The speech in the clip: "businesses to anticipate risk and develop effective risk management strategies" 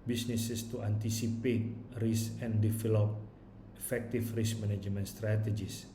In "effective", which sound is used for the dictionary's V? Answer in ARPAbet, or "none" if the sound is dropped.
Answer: F